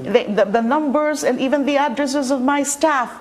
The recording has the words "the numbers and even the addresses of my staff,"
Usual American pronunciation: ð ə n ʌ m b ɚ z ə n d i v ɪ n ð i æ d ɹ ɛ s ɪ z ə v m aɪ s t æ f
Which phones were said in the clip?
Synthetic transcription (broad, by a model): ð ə n ʌ m b ɚ z ə n d i v ɪ n ð i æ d ɹ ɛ s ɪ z ə v m aɪ s t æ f